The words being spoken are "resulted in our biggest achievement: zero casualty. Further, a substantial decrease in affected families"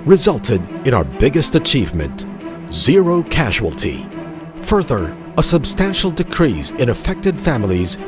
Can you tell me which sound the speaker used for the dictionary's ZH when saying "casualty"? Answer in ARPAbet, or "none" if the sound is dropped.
ZH